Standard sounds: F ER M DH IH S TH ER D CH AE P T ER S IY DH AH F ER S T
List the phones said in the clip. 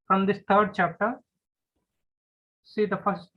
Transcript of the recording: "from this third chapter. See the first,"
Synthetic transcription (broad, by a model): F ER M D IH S T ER D CH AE P T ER S IY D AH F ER S T